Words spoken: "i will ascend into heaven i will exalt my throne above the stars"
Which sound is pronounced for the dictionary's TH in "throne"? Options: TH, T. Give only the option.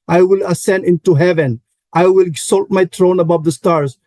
T